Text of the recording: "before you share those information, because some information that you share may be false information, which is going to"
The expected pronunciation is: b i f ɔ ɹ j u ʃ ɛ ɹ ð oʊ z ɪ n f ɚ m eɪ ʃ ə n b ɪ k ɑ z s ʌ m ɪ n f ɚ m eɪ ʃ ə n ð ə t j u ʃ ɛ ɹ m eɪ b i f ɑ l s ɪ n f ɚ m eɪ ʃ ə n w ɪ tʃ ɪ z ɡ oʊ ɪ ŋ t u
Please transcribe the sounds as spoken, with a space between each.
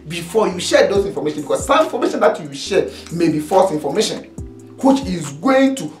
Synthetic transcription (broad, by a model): b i f ɔ j u ʃ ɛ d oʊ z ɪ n f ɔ m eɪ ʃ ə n b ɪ k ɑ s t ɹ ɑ n f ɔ m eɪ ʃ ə n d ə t j u ʃ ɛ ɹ m eɪ b i f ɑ s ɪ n f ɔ m eɪ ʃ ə n w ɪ tʃ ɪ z ɡ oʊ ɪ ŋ t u